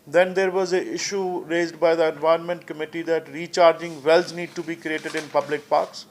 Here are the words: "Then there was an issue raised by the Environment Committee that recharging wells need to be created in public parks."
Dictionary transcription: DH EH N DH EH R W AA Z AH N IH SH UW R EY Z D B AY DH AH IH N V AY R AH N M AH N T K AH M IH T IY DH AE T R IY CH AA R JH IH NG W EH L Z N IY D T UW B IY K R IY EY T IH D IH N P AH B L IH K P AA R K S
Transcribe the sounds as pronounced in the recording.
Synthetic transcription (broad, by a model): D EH N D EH R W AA Z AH IH SH UW R EY Z D B AY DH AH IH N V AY AH N M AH N T K AH M IH T IY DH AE T R IY CH AA R JH IH NG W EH L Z N IY D T UW B IY K R IY EY T IH D IH N P AH B L IH K P AA R K S